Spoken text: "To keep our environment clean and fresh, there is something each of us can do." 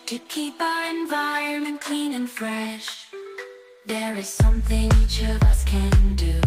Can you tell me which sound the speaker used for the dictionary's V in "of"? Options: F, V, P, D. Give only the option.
V